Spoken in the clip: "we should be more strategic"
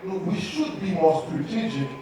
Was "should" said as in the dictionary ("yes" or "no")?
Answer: yes